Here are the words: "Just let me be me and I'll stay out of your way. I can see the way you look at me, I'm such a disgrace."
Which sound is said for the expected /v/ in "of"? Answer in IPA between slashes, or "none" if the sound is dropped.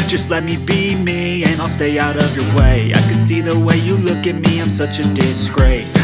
/v/